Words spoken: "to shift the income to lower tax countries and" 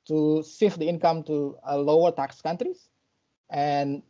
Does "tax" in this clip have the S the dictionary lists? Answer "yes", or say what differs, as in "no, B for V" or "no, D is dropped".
yes